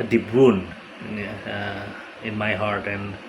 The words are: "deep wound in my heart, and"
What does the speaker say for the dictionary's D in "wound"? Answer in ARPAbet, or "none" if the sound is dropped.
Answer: none